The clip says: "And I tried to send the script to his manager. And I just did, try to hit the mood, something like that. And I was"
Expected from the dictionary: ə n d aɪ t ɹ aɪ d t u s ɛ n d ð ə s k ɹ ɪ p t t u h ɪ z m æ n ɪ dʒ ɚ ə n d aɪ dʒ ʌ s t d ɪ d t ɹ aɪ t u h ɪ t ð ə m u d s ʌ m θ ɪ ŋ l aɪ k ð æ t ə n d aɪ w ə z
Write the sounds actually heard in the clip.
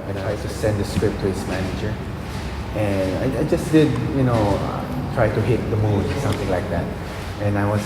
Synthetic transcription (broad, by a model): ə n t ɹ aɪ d t u s ɛ n d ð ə s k ɹ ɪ p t t u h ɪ s m æ n ɪ dʒ ɚ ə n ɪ aɪ dʒ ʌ s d d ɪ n t ɹ aɪ t u h ɪ t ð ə m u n s ʌ m θ ɪ ŋ l aɪ k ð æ t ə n aɪ w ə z